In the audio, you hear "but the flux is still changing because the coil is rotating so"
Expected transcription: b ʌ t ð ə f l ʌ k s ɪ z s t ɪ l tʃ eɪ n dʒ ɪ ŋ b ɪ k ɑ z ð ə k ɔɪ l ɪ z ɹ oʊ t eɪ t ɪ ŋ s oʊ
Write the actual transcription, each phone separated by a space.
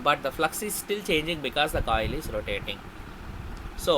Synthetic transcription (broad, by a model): b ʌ t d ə f l ʌ k s ɪ z s t ɪ l tʃ eɪ n dʒ ɪ ŋ b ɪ k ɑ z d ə k ɔɪ l ɪ z ɹ oʊ t eɪ t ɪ ŋ s oʊ